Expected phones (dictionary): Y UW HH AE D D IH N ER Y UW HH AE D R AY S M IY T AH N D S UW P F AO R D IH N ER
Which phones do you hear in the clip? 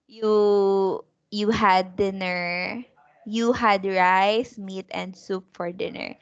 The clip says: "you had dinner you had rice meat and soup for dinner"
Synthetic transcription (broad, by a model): Y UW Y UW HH D IH N ER Y UW HH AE D R AY S M IY T AH N D S UW P F AO R D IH N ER